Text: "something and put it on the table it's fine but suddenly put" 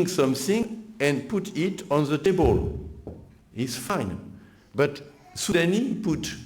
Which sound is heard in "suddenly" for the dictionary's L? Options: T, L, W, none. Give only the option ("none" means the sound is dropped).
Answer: none